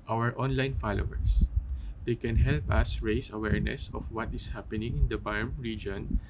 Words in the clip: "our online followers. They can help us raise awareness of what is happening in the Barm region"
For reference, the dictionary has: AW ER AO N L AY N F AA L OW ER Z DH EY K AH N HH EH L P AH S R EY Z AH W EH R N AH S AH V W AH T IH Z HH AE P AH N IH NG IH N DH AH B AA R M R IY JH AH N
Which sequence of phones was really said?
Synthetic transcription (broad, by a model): AW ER AO N L AY N F AA L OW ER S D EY K AH N HH EH L P AH S R EY S AH W EH R N AH S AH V W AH T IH S HH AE P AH N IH NG IH N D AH B AA R M R IY JH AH N